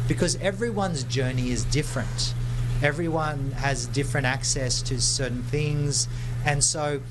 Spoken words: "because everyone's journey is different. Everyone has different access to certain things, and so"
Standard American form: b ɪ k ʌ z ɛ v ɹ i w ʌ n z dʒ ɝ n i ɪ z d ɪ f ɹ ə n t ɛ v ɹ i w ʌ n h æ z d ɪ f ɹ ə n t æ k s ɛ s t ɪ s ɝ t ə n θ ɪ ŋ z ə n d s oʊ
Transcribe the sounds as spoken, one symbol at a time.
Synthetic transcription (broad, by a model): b ɪ k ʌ z ɛ v ɹ i w ʌ n z dʒ ɝ n i ɪ z d ɪ f ɹ ə n t ɛ v ɹ i w ʌ n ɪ z d ɪ f ɹ ə n t æ k s ɛ s t ɪ s ɝ t n θ ɪ ŋ z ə n s oʊ